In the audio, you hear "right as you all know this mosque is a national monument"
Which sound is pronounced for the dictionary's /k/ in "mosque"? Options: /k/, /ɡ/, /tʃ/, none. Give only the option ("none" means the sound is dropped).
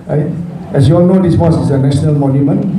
none